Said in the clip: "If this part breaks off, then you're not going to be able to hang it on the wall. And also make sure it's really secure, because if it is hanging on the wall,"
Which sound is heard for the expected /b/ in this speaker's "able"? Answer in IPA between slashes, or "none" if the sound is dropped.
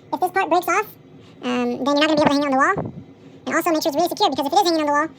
none